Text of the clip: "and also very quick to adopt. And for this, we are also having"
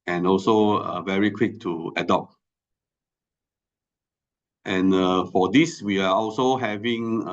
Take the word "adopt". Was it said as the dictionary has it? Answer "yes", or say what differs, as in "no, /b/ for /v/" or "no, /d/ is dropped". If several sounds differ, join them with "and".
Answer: yes